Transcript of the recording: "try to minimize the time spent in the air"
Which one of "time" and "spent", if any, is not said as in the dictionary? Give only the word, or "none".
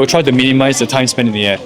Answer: spent